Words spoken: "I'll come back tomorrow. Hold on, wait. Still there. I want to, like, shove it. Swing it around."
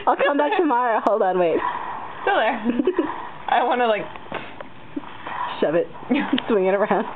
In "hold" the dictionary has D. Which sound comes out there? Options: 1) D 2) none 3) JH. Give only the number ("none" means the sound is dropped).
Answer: 1